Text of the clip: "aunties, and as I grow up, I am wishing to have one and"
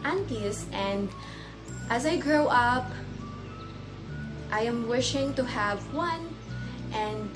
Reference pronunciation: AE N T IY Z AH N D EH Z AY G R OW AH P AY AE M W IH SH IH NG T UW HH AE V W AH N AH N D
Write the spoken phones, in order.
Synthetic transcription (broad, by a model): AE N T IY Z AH N D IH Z AY G R OW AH P AY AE M W IH SH IH NG T UW HH AE V W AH N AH N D